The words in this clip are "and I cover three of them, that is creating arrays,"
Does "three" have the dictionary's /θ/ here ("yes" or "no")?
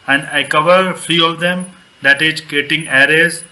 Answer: no